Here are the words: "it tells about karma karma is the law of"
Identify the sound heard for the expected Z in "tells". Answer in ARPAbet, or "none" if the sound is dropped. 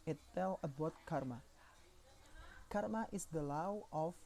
none